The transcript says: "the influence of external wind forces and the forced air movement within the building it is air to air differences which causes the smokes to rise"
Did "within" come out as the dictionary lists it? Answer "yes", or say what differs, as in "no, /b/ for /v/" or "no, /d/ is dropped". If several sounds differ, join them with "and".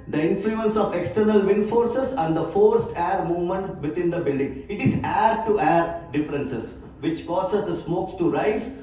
no, /t/ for /θ/